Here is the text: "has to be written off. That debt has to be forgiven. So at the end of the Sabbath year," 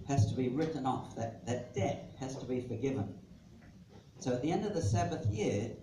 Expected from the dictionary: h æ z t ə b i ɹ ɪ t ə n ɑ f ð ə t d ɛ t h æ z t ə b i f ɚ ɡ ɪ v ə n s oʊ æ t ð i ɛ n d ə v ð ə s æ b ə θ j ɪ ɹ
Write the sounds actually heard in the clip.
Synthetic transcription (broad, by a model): h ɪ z t ə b i ɹ ɪ t n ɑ f ð ə t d ɛ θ h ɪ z t ə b i f ɚ ɡ ɪ v ə n s oʊ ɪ t ð i ɛ n d ə v ð ə s æ b ə θ j ɪ ɹ